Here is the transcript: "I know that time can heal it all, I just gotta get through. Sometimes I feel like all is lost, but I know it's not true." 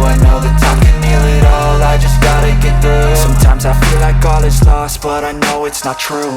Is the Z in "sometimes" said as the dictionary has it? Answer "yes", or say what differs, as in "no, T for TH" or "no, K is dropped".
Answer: yes